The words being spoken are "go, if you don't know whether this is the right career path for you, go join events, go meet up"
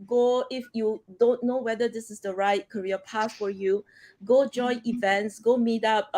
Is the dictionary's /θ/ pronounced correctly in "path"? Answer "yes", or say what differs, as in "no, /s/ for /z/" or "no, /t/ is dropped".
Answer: no, /t/ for /θ/